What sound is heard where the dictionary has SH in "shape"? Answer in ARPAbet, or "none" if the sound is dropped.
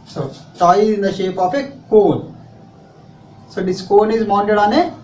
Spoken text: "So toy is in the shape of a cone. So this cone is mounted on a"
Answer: SH